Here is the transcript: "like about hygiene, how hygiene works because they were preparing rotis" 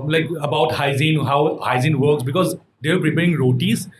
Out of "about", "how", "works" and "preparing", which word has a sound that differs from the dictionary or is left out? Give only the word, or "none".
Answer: none